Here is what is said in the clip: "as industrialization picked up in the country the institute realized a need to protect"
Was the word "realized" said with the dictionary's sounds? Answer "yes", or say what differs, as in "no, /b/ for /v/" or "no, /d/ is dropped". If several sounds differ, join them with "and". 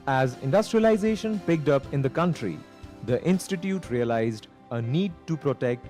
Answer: yes